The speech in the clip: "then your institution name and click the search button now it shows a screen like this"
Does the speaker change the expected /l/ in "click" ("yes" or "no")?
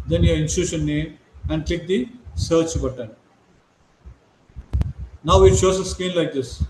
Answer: no